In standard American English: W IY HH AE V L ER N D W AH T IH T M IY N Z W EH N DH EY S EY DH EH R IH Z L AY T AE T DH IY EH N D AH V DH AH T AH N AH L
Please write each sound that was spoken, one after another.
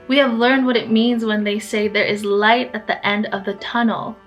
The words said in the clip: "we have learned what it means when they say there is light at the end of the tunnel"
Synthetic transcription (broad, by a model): W IY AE V L ER N D W AH T IH T M IY N Z W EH N DH EY S EY DH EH R IH Z L AY T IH T DH IY EH N D AH V DH AH T AH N L